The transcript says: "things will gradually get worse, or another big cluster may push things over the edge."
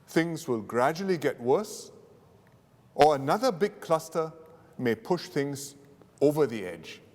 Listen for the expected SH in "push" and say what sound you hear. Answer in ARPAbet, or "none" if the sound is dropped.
SH